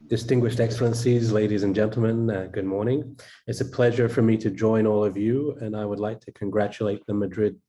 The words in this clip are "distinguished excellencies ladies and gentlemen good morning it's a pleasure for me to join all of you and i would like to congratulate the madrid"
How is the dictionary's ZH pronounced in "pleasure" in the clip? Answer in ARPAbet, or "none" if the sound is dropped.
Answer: ZH